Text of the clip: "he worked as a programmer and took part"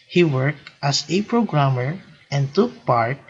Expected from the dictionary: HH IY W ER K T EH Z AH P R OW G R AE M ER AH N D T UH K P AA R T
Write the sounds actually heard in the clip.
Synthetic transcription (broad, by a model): HH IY W ER K T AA S AH P R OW G R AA M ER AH N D T UH K P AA R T